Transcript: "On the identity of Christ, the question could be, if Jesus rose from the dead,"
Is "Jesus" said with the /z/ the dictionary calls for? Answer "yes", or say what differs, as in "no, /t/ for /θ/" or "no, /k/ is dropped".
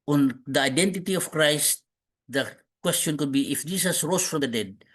no, /s/ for /z/